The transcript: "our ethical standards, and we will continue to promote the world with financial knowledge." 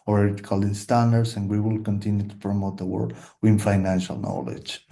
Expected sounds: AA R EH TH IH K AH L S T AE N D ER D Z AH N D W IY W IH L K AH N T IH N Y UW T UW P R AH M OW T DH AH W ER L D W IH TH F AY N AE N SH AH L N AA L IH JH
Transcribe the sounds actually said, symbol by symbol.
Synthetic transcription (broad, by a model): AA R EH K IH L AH N S T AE N D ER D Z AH N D W IY W IH L K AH N T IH N Y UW T UW P R AH M OW T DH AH W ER D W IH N F AY N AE N SH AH L N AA L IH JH